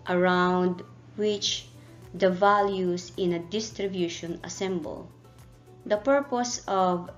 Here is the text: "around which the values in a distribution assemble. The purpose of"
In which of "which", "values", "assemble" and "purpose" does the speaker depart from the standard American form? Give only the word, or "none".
values